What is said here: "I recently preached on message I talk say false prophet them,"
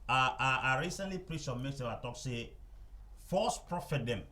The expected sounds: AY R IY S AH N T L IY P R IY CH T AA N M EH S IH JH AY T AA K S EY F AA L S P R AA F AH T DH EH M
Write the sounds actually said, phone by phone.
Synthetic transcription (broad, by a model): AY R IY S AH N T L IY P R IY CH AA M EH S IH AY T AA K S EY F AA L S P R AA F AH T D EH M